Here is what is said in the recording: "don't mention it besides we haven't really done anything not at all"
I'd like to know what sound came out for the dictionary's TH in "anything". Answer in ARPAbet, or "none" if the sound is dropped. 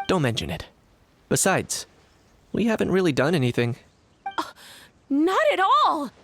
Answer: TH